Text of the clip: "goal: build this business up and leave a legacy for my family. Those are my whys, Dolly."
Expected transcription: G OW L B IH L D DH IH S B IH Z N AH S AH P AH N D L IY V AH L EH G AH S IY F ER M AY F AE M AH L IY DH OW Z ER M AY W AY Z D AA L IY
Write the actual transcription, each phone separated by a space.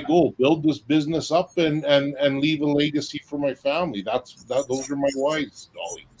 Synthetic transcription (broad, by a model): G OW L B IH L D DH IH S B IH Z N AH S AH P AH N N L IY V AH L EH G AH S IY F ER M AY F AE M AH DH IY DH OW Z ER M AY W AY Z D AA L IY